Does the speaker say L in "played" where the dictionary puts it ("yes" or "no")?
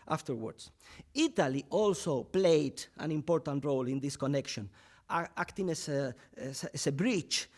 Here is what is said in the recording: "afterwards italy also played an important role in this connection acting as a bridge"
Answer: yes